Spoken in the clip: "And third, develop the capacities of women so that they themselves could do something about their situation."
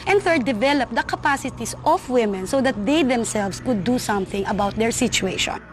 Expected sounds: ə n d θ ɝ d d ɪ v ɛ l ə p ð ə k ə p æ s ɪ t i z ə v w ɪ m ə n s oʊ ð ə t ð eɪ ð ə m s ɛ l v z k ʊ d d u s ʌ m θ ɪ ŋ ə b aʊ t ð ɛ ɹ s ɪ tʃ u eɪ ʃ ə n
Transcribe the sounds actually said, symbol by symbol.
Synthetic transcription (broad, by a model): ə n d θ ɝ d d ɪ v ɛ l ə p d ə k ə p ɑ s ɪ t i s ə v w ɪ m ə n s oʊ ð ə t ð eɪ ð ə m s ɛ l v s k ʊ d d u s ʌ m θ ɪ ŋ ə b aʊ t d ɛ ɹ s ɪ tʃ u eɪ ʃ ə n